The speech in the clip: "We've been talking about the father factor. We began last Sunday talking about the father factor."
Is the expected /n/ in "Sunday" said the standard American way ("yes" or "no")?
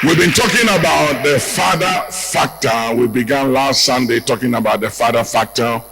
yes